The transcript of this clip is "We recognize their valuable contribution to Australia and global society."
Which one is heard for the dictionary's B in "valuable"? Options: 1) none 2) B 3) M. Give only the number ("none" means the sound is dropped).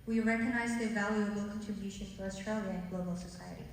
1